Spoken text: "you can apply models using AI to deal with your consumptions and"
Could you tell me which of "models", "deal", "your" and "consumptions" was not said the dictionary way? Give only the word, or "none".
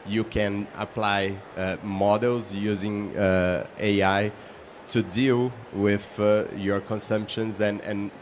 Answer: none